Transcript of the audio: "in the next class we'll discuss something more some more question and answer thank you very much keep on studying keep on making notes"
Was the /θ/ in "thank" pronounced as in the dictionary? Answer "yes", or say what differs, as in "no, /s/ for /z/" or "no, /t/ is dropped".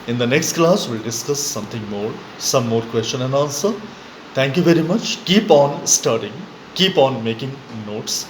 no, /t/ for /θ/